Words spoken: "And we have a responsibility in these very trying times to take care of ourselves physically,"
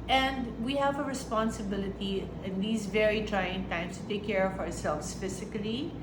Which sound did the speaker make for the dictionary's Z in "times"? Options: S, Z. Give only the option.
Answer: S